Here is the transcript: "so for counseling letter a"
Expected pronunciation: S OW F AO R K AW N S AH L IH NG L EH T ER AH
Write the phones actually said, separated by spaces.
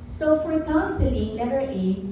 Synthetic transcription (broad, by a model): S OW F AO R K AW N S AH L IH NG N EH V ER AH